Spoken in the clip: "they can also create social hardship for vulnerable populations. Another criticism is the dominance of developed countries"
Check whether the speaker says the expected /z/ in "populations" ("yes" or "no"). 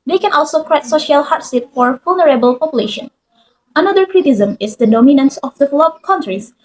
no